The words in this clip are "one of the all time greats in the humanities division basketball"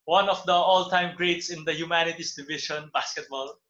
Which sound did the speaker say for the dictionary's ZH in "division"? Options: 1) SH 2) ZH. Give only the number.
1